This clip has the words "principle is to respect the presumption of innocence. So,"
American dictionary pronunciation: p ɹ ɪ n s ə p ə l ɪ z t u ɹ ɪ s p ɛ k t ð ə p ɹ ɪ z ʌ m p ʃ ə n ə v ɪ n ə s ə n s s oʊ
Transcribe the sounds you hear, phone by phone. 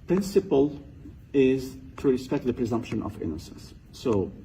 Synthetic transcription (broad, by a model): p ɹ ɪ n s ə p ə l ɪ z t u ɹ ɪ s p ɛ k t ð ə p ɹ ɪ z ʌ m p ʃ ə n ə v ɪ n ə s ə n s s oʊ